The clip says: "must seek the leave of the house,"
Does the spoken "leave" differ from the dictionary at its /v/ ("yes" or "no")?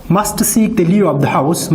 yes